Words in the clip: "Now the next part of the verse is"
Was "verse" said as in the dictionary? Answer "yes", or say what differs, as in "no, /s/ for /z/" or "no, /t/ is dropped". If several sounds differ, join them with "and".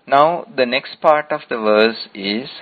yes